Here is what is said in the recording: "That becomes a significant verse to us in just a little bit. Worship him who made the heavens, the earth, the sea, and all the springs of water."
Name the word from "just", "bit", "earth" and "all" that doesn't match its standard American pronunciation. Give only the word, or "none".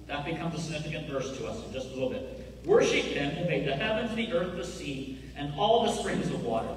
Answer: none